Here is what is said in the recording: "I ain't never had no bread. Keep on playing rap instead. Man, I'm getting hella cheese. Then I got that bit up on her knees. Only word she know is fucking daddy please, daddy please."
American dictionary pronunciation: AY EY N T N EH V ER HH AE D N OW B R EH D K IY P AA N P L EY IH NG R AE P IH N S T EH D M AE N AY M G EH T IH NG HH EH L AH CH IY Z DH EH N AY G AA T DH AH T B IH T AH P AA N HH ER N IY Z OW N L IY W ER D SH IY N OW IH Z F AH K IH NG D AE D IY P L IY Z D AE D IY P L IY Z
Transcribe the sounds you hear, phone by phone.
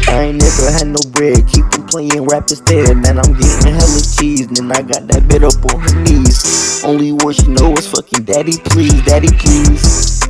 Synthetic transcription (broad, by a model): AY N N EH V ER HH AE D N OW B R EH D K IY P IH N P L EY IH NG R AE P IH S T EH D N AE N AY M G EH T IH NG HH EH L AH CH IY Z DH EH N AY G AA T DH AH T B IH T AH P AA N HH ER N IY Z OW N L IY W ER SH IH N OW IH S F AH K IH NG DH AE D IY P L IY Z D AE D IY P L IY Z